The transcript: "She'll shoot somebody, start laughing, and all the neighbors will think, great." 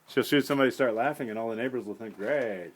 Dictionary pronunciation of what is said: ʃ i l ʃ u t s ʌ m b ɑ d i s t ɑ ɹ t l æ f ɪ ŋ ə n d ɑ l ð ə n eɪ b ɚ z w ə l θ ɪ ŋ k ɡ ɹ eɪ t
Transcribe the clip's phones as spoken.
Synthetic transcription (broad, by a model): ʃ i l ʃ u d s ʌ m b ɑ d i s t ɑ ɹ t l æ f ɪ ŋ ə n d ɑ l ð ə n eɪ b ɚ z w ə l θ ɪ ŋ k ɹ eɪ